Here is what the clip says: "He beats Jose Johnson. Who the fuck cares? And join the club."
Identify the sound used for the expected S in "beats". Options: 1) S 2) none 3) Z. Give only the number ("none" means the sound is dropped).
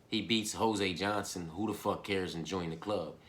1